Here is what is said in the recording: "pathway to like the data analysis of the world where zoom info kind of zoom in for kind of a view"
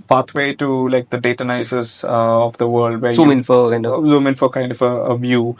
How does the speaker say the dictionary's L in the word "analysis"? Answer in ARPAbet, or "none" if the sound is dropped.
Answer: none